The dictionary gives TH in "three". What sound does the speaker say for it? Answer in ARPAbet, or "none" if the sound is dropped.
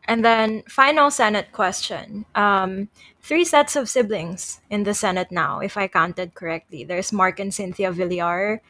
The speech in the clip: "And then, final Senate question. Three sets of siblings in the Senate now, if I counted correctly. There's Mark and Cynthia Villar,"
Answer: TH